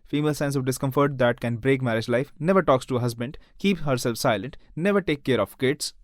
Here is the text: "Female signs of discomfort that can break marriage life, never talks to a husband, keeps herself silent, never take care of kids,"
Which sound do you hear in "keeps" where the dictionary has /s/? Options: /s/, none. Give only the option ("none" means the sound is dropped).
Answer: none